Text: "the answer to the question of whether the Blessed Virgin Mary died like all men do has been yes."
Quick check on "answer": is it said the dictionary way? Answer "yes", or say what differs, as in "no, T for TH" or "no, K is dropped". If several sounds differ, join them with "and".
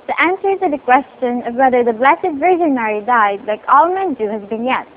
yes